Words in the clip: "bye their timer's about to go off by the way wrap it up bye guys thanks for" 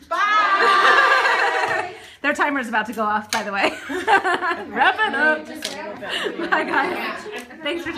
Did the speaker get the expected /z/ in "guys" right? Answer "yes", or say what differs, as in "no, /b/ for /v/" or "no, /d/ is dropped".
no, /z/ is dropped